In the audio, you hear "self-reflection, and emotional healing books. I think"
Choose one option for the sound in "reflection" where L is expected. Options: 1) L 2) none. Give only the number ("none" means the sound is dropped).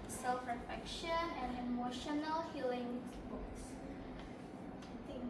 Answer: 2